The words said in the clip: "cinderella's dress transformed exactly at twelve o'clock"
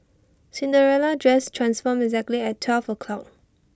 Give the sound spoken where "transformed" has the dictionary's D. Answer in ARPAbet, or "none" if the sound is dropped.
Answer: none